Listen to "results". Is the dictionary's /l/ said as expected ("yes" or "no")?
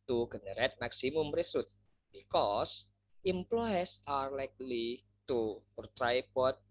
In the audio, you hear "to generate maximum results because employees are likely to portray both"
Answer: no